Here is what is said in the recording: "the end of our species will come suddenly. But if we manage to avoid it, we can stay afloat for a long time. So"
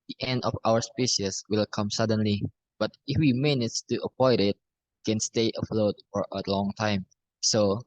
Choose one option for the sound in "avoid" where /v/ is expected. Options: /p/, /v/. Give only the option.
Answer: /p/